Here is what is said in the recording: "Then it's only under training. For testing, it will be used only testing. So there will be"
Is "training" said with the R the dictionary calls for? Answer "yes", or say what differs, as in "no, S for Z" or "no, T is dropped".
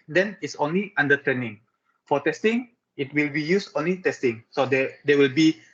no, R is dropped